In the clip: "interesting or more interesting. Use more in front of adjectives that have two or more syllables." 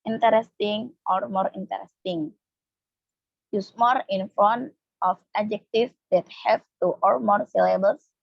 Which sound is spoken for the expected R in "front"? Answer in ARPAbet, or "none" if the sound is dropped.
none